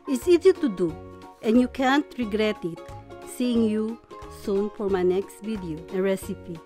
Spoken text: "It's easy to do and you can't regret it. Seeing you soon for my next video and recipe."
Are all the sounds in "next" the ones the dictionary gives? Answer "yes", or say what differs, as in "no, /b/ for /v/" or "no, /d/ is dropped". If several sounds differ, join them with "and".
yes